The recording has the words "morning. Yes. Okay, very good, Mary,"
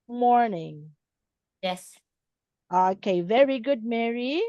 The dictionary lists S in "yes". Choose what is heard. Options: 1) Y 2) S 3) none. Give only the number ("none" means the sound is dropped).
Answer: 2